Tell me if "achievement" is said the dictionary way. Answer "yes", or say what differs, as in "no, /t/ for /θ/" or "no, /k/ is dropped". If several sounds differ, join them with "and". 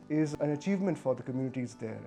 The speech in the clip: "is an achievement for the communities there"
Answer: yes